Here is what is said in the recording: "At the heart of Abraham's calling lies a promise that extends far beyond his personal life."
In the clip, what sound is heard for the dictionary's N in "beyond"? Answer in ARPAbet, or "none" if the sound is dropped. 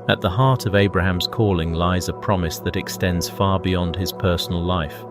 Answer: N